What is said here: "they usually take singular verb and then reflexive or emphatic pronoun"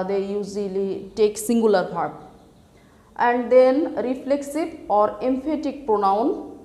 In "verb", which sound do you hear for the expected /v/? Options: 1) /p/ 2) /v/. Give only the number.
1